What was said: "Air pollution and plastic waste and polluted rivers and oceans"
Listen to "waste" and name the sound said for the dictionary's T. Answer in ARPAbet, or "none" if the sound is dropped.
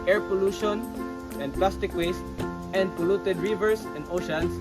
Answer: T